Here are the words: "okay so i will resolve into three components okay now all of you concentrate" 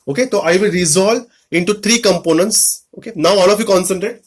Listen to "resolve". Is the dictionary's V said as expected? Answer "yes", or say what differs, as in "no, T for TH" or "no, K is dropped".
no, V is dropped